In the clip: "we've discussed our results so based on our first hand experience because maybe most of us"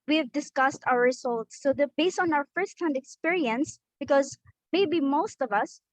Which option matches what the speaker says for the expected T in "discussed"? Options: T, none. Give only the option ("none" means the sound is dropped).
T